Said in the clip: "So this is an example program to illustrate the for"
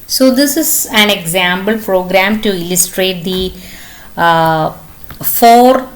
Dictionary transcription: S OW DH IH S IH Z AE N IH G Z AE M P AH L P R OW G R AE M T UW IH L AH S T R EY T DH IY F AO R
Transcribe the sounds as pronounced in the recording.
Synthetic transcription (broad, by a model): S OW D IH S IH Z AE N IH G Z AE M B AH L P R OW G R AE M T UW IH L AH S T R EY T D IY F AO R